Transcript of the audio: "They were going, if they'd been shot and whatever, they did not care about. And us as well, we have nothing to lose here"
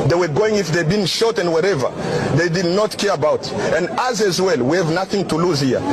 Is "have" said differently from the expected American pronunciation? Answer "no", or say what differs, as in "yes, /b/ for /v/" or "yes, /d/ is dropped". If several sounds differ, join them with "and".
no